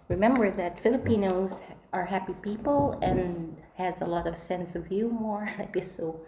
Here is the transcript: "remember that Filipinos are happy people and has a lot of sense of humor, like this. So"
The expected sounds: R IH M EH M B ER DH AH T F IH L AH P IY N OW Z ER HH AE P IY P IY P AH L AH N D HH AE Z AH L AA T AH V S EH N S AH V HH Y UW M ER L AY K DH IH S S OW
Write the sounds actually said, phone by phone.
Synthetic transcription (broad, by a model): R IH M EH M B ER DH AH T F IH L AH P IY N OW Z ER HH AE P IY P IY P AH L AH N HH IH Z AH L AA T AH V S EH N S AH V Y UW M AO N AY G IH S S OW